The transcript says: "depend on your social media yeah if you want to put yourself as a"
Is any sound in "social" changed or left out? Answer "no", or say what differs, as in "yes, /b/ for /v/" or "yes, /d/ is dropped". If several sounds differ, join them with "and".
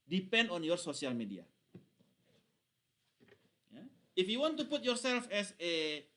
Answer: yes, /s/ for /ʃ/